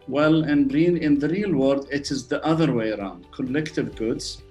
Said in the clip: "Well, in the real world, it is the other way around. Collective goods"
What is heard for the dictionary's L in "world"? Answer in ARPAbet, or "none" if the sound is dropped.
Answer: none